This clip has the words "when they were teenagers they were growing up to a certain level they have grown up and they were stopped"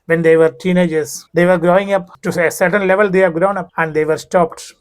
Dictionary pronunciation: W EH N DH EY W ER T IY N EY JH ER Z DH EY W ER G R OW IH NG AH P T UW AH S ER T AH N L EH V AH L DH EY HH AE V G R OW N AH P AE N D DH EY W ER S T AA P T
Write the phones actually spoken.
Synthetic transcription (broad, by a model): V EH N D EY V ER T IY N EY JH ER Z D EY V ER G R OW IH NG AH P T UW AH S ER T AH N L EH V AH L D EY HH AE V G R OW N AH P AE N D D EY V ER S T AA P T